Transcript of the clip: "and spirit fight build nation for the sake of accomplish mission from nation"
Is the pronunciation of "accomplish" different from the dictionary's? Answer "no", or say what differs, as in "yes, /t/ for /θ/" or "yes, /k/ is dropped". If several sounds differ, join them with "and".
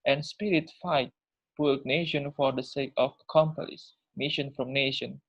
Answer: yes, /s/ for /ʃ/